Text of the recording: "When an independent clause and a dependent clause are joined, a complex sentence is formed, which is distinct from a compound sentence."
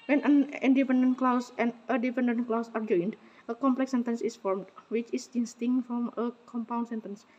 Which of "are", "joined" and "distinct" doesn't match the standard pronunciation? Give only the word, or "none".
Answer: distinct